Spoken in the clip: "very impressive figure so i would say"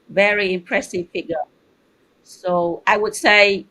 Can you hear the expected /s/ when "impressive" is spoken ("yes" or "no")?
yes